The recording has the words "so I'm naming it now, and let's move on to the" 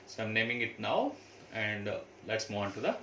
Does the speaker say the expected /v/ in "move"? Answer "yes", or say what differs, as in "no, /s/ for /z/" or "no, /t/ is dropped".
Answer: no, /v/ is dropped